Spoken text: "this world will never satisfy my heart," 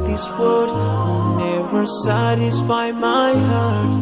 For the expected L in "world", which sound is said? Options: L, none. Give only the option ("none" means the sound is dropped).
none